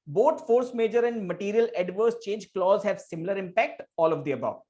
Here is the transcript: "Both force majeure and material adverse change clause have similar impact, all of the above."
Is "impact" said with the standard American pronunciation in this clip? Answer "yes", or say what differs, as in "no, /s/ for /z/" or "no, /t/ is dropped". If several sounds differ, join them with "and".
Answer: yes